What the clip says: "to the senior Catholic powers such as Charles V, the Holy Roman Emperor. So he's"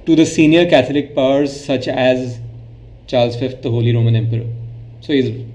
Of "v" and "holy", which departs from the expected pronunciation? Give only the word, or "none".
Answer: v